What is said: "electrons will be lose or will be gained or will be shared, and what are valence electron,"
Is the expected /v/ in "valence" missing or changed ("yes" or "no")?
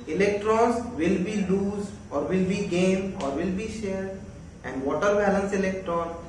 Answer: yes